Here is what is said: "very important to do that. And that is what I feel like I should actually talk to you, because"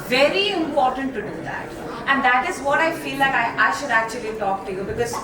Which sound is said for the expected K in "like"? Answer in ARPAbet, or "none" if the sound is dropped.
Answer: none